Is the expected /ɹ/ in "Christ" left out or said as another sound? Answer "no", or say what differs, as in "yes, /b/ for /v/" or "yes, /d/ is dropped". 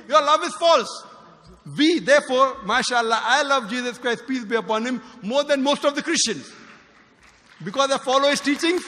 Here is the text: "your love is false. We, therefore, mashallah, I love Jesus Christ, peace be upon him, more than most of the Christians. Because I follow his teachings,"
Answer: no